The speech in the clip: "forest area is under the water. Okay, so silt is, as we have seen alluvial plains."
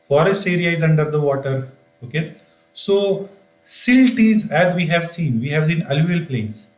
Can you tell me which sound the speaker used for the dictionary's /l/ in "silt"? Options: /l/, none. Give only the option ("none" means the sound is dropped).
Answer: /l/